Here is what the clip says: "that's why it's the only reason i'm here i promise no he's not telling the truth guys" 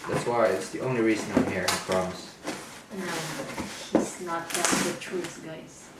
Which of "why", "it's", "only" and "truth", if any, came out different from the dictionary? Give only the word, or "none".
truth